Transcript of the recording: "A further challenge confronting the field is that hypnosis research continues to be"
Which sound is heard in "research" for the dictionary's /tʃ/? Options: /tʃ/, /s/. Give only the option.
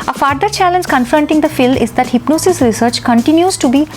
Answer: /tʃ/